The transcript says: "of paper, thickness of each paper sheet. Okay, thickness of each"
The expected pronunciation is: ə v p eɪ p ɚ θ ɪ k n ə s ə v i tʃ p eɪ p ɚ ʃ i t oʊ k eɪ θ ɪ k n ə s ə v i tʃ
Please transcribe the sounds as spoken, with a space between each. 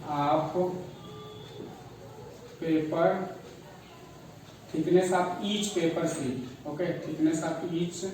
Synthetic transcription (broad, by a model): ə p p eɪ p ɚ t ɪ k n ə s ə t i tʃ p eɪ p ɚ s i oʊ k eɪ t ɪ k n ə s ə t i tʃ